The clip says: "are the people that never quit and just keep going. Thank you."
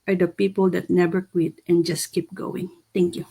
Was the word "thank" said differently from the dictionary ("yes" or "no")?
yes